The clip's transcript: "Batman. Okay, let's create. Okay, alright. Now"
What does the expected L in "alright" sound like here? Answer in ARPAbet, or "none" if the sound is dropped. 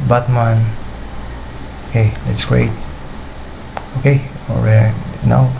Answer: none